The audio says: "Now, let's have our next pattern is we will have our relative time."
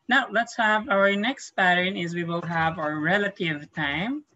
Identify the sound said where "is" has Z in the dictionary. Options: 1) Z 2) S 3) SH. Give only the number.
1